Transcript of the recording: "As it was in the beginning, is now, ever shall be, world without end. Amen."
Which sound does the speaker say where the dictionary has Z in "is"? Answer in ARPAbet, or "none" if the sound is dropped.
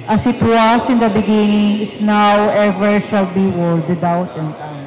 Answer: S